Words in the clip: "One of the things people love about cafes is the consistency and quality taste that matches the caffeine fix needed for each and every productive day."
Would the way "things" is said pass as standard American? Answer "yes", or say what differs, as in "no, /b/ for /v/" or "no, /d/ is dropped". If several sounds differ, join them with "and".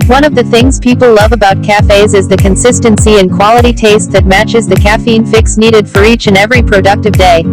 yes